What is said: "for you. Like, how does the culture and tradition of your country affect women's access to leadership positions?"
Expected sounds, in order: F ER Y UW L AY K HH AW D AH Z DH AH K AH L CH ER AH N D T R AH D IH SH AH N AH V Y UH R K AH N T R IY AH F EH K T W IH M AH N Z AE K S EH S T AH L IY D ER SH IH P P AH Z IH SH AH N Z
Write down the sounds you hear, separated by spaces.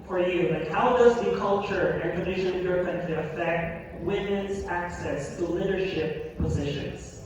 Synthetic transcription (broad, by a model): F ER Y UW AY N HH AW D AH Z DH AH K AH L CH ER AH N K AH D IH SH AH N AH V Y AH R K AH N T IY AH F EH K T W IH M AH N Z AE K S EH S T AH L IY D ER SH IH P P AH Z IH SH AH N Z